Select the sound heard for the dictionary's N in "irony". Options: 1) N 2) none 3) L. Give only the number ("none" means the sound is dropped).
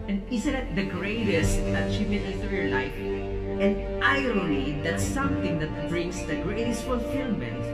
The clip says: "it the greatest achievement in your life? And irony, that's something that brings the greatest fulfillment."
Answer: 3